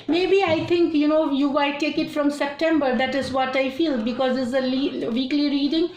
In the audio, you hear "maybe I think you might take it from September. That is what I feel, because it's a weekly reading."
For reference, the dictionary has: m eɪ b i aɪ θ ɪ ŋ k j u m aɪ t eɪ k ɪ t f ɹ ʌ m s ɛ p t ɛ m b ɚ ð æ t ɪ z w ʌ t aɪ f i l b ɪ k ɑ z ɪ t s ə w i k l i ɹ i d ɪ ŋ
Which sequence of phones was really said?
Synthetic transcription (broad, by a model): m eɪ b i aɪ t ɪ ŋ k j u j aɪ t eɪ k ɪ t f ɹ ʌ m s ɛ p t ɛ m b ɚ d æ t ɪ z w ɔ t aɪ f i l b ɪ k ɑ z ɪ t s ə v i k l i ɹ i d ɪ ŋ